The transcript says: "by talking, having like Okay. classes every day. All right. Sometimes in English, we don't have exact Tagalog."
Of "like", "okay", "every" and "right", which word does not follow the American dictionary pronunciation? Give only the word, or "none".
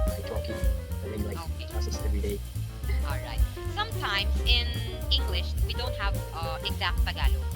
like